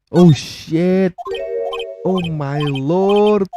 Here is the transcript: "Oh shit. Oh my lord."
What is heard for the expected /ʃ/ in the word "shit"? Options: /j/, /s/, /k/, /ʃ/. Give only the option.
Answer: /ʃ/